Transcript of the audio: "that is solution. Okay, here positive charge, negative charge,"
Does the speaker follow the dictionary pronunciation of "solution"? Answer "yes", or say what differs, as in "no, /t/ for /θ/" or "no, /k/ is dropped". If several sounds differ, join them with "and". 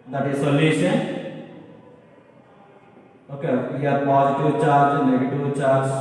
no, /s/ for /ʃ/ and /n/ is dropped